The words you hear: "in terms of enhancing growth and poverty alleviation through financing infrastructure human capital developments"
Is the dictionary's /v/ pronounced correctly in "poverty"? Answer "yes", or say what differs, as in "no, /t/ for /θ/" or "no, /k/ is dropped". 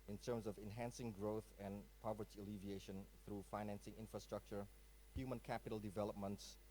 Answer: yes